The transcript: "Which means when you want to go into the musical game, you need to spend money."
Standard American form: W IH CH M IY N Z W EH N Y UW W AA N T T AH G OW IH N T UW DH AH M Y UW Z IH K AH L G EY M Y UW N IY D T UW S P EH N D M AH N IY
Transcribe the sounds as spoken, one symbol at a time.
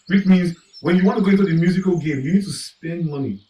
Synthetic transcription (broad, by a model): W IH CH M IY N Z W EH N Y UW W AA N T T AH G OW IH N T UW DH AH M Y UW Z IH K AH L G EY M Y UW N IY D T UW S P EH N D M AH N IY